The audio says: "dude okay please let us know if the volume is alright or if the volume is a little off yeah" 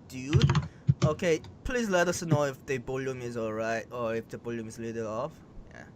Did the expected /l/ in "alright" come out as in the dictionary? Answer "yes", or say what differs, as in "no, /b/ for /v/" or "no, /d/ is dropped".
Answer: yes